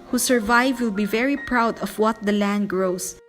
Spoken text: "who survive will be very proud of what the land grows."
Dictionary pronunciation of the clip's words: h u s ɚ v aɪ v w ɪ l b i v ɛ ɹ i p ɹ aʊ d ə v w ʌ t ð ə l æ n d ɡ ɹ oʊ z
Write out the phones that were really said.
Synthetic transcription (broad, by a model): h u s ɚ v aɪ v w ɪ l b i v ɛ ɹ i p ɹ aʊ d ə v w ʌ t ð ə l æ n d ɡ ɹ oʊ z